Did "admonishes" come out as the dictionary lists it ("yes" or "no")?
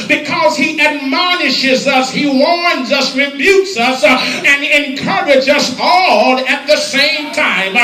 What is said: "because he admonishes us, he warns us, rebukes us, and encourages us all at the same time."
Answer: yes